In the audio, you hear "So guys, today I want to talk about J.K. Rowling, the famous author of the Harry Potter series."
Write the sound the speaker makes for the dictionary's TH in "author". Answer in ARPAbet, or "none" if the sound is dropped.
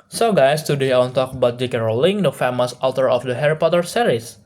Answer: T